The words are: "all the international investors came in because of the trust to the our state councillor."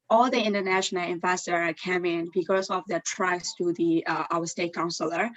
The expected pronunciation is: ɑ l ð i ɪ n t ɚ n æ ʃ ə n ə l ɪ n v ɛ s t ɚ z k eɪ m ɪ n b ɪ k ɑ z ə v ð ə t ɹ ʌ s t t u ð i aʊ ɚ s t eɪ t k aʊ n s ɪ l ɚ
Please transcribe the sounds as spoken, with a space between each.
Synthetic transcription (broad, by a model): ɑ l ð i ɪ n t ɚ n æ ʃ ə n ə l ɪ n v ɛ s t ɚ k eɪ m ɪ n b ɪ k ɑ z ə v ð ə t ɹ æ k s t u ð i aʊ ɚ s t eɪ t k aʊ n s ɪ l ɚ